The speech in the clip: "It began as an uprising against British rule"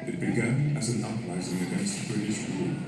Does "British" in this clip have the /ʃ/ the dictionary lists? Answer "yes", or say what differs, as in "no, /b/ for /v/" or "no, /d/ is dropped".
no, /s/ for /ʃ/